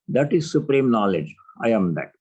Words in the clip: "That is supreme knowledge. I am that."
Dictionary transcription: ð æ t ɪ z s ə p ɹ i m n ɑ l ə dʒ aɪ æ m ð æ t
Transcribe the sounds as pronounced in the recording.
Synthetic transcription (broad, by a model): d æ t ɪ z s ə p ɹ i m n ɑ l ə dʒ aɪ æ m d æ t